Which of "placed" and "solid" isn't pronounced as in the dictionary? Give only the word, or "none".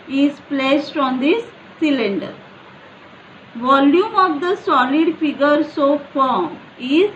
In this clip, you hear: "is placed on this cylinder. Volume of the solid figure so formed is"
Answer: none